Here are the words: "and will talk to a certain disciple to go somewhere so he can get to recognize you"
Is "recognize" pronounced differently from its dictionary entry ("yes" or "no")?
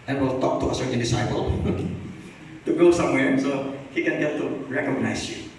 yes